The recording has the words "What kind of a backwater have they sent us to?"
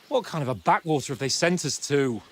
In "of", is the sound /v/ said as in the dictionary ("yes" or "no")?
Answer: yes